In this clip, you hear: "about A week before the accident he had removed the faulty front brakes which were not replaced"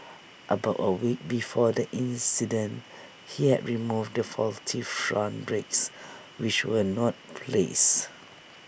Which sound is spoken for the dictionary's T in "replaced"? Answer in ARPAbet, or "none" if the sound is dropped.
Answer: none